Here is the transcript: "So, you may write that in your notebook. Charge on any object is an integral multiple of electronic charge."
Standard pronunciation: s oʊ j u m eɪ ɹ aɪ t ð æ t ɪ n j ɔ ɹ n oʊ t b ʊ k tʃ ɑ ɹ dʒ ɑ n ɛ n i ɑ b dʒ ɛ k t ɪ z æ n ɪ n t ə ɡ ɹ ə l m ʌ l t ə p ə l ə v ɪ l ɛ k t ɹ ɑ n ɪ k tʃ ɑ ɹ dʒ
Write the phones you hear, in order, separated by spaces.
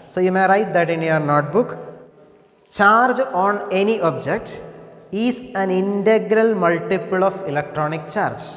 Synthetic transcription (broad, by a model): s oʊ j u m eɪ ɹ aɪ t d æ t ɪ n j ɔ ɹ n oʊ t b ʊ k tʃ ɑ ɹ dʒ ɑ n ɛ n i ɑ b dʒ ɛ k t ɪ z æ n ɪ n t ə ɡ ɹ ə l m ʌ l t ə p ə l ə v ɪ l ɛ k t ɹ ɑ n ɪ k tʃ ɑ ɹ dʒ